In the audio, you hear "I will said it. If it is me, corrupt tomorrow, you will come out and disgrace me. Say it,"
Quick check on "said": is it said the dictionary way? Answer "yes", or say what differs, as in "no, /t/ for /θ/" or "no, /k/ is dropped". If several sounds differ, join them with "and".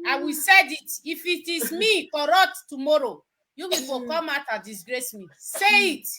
yes